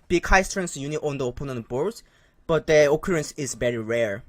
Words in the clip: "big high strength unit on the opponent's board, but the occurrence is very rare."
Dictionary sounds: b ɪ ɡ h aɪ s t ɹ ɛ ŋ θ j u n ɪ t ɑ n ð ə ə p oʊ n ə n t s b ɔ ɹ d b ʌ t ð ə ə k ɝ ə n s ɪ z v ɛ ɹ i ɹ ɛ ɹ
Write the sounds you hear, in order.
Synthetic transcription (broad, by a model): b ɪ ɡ h aɪ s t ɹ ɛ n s j u n ɪ t ɑ n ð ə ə p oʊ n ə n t b ɔ ɹ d b ʌ t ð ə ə k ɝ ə n s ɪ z v ɛ ɹ i ɹ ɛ ɹ